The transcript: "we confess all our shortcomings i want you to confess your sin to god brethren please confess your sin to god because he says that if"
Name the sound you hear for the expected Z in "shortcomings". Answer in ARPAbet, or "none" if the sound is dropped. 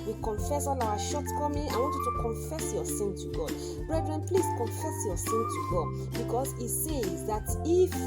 none